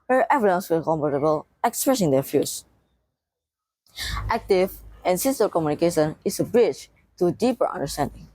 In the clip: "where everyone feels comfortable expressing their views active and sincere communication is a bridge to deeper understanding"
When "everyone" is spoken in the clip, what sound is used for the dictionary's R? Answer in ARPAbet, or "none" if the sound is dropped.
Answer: none